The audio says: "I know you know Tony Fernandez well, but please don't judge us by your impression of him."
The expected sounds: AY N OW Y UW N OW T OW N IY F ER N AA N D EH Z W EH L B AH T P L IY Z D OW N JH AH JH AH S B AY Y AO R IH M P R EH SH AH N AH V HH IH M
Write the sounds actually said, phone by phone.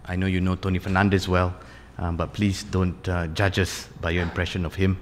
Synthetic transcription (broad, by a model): AY N OW Y UW N OW T OW N IY F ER N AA N D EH S W EH L B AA T P L IY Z D OW N JH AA JH AH S B AY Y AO IH M P R EH SH AH N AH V HH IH M